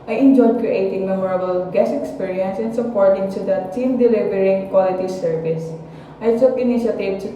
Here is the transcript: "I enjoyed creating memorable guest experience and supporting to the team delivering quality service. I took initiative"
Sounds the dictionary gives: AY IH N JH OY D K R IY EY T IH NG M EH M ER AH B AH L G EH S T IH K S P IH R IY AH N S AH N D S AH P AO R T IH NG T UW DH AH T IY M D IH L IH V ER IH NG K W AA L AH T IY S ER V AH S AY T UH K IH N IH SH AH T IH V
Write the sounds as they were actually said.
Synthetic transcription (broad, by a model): AY IH N JH OY D K R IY EY T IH NG M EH M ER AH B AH L G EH S IH K S P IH R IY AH N S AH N S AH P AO R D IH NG T UW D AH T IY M D IH L IH V ER IH NG K W AA L AH T IY S ER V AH S AY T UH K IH N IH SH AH T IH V